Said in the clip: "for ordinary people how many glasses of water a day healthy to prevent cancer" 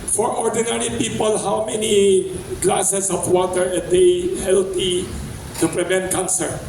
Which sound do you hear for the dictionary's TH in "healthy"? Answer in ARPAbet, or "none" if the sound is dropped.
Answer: T